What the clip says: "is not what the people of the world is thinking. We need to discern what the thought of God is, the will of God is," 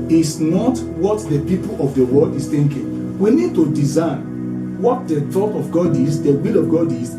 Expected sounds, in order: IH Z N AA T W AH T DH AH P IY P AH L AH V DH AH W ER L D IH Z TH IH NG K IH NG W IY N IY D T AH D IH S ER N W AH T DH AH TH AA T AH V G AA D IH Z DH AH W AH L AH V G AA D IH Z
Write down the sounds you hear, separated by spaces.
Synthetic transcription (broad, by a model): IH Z N AA T W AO T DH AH P IY P AH L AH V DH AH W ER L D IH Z TH IH NG K IH NG W IY N IY D T AH D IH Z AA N W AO T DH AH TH AA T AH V G AA D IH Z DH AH W AH L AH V G AA D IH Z